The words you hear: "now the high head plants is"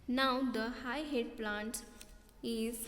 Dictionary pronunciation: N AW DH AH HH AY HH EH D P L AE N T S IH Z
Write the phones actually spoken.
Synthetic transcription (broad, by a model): N AW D AH HH AY HH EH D P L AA N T IH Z